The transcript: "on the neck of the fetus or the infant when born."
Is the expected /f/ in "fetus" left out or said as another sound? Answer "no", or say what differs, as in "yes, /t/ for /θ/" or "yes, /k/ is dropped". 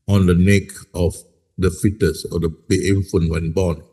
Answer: no